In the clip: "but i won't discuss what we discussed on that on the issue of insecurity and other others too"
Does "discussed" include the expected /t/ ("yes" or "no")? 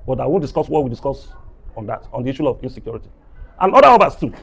no